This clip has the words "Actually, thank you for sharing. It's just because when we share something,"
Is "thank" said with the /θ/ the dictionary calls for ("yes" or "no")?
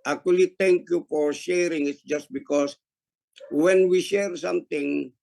no